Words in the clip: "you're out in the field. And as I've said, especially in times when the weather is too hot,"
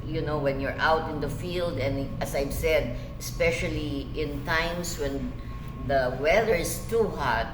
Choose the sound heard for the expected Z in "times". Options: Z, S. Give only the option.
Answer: S